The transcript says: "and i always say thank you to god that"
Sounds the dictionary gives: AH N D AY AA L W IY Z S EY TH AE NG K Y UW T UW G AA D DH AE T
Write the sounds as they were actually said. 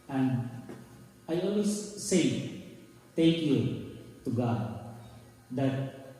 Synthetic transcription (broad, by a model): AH N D AY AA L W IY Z S EY T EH K Y UW T UW G AA D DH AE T